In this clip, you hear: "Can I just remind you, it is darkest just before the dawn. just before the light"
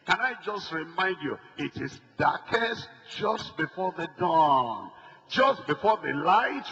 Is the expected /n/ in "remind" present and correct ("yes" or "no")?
yes